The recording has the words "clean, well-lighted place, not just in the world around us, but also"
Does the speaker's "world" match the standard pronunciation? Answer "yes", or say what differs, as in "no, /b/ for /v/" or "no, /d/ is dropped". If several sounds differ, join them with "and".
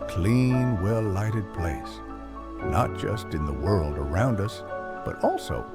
yes